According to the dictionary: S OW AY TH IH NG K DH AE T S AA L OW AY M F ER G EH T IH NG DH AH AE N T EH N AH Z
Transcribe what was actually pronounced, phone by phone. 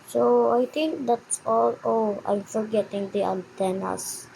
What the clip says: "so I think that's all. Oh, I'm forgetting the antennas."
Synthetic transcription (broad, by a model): S OW AY T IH NG K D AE T S AA L OW AY M F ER G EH T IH NG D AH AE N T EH N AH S